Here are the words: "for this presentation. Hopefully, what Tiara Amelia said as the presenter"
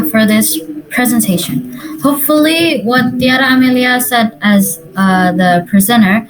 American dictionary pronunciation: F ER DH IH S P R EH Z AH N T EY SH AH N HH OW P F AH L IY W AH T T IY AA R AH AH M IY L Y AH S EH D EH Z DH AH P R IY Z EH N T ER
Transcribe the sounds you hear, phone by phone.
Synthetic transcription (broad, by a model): F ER DH IH S P R EH Z AH N T EY SH AH N HH OW P F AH L IY W AH T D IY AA R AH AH M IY L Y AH S EH D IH Z DH AH P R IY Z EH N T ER